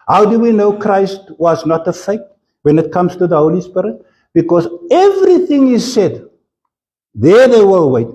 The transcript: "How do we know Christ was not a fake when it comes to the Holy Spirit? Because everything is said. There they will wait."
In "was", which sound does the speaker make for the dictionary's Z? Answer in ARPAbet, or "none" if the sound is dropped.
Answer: Z